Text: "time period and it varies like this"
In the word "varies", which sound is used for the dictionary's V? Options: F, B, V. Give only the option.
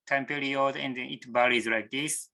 B